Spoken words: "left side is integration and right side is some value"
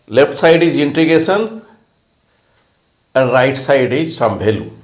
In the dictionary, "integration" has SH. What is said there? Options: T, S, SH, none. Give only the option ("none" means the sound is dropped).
S